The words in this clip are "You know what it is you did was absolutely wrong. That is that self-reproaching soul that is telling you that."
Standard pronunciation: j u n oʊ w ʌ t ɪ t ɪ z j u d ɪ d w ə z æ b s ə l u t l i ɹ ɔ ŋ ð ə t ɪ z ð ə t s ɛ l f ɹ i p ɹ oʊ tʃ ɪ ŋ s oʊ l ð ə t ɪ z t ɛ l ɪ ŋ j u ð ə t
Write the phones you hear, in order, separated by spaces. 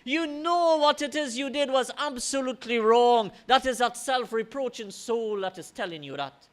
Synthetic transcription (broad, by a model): j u n oʊ w ʌ t ɪ t ɪ z j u d ɪ d w ə z æ b s ə l u t l i ɹ ɔ ŋ ð ə t ɪ z ð ə t s ɛ l f ɹ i p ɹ oʊ tʃ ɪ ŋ s oʊ l ð ə t ɪ z t ɛ l ɪ ŋ j u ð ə t